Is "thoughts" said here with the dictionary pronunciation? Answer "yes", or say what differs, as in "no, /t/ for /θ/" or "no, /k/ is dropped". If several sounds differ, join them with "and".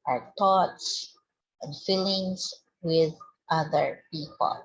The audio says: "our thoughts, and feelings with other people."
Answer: no, /t/ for /θ/